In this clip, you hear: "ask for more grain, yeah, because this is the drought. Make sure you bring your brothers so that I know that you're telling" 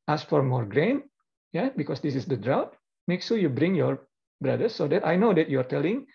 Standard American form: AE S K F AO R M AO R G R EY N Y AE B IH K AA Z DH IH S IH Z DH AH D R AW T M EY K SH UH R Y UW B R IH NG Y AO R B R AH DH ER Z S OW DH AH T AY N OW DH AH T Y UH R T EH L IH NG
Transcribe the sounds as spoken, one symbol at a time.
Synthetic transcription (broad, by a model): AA S F AO R M AO R G R EY N Y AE B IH K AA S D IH S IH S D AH D R AW T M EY K S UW Y UW B R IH NG Y AO R B R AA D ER S OW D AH T AY N OW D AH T Y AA R T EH L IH NG